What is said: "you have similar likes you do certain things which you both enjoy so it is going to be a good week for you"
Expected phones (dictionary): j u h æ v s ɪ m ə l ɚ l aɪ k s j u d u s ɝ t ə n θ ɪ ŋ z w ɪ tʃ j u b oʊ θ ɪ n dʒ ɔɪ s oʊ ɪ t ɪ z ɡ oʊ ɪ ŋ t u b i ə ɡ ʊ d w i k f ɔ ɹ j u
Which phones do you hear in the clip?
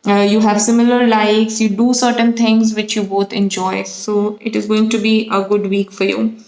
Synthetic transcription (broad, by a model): j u h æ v s ɪ m ə l ɚ l aɪ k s j u d u s ɝ t ə n t ɪ ŋ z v ɪ tʃ j u b oʊ t ɪ n dʒ ɔɪ s oʊ ɪ t ɪ z ɡ oʊ ɪ ŋ t u b i ə ɡ ʊ d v i k f ɔ ɹ j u